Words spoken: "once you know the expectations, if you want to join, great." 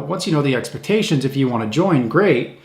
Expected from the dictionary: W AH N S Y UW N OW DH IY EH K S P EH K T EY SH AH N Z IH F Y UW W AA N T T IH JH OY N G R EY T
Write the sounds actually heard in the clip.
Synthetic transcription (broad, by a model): W AH N S Y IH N OW DH IY EH K S P EH K T EY SH AH N Z IH F Y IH W AA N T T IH JH OY N G R EY T